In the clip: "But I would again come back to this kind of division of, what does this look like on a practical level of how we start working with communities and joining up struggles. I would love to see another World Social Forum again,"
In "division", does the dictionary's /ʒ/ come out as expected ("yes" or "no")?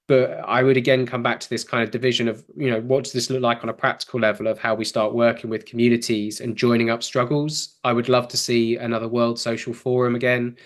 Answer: yes